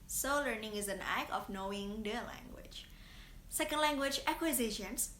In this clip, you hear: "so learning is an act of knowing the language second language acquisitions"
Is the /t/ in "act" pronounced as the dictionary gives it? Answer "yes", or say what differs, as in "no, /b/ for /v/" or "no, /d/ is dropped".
no, /t/ is dropped